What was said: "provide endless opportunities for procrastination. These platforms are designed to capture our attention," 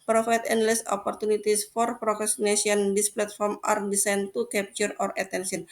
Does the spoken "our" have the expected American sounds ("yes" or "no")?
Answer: yes